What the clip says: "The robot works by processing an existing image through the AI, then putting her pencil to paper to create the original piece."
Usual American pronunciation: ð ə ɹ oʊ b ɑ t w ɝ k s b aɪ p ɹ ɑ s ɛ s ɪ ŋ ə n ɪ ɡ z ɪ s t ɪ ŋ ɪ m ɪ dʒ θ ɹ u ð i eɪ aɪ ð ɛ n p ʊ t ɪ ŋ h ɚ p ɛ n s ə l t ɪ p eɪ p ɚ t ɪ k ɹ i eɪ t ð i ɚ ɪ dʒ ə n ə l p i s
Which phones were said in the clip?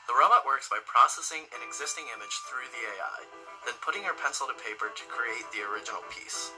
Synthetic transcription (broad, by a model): ð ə ɹ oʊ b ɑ t w ɝ k s b aɪ p ɹ ɑ s ɛ s ɪ ŋ ə n ɪ ɡ z ɪ s t ɪ ŋ ɪ m ɪ dʒ θ ɹ u ð i eɪ aɪ ð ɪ n p ʊ t ɪ ŋ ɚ p ɛ n s l t ɪ p eɪ p ɚ t ɪ k ɹ i eɪ t ð i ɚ ɪ dʒ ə n l p i s